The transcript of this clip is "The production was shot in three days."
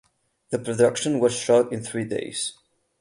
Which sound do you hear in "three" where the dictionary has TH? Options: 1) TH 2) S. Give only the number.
1